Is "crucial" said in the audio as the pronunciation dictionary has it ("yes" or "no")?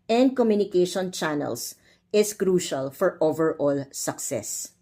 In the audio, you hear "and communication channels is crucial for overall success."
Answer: yes